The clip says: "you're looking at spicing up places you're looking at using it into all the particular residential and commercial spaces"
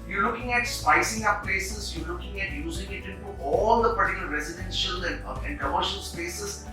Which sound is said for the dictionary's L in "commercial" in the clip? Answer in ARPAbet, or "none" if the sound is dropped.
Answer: N